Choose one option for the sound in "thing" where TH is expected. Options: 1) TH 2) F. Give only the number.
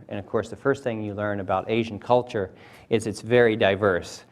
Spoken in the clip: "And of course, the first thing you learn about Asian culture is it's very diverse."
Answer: 1